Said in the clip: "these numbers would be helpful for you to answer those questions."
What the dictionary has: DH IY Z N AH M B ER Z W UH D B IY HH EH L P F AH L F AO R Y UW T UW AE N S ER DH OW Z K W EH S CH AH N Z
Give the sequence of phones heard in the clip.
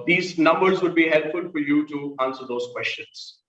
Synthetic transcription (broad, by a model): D IY Z N AH M B ER Z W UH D B IY HH EH L P F AH L F AO R Y UW T UW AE N S ER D OW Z K W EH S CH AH N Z